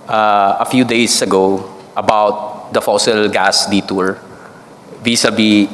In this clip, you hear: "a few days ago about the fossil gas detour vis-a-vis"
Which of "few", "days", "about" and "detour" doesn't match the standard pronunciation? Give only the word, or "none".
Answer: days